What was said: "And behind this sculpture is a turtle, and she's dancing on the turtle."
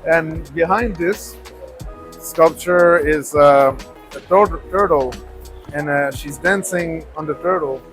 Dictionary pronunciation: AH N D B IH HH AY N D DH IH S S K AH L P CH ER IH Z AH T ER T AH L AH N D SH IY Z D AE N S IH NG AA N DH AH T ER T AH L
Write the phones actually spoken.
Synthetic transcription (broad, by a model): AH N B IH HH AY N D DH IH S S K AH L P CH ER IH Z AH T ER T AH L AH N SH IY Z D AE N S IH NG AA N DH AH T ER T L